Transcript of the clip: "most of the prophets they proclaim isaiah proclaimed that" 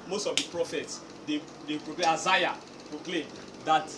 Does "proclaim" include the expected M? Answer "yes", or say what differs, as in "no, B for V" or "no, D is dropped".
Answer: no, M is dropped